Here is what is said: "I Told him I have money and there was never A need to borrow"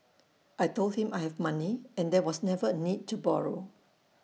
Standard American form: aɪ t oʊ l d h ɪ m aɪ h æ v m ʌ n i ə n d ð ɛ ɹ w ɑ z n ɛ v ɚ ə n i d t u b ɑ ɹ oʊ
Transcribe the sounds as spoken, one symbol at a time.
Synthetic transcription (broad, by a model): aɪ t oʊ l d h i m aɪ h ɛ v m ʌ n i ə n d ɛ w ɑ s n ɛ v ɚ ə n i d t u b ɑ ɹ oʊ